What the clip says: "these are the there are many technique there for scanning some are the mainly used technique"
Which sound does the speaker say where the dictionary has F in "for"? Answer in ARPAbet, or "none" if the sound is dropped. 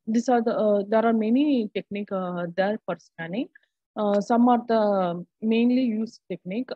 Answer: P